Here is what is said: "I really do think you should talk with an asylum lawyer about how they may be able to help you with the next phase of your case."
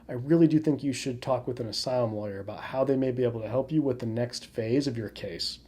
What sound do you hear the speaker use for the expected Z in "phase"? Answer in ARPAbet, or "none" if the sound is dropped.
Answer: Z